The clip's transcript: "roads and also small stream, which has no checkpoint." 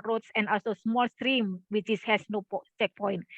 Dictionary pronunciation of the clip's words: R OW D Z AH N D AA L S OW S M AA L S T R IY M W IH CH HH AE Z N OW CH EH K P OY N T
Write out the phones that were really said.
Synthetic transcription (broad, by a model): R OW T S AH N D AA L S OW S M AA L S T R IY M W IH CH HH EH S N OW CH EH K P OY N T